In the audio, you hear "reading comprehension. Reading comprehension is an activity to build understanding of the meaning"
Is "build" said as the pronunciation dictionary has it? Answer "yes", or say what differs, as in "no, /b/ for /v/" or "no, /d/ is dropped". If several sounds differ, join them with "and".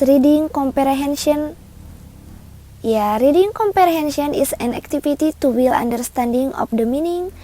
no, /d/ is dropped